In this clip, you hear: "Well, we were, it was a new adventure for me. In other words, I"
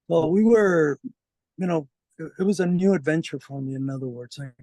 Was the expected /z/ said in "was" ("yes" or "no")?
yes